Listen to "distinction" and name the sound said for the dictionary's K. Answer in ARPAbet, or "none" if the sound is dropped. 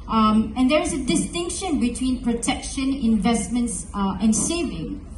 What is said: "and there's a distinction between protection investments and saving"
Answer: K